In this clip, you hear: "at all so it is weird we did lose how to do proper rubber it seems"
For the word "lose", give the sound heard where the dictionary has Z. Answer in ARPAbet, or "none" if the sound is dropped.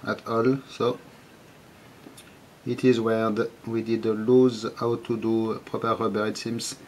Z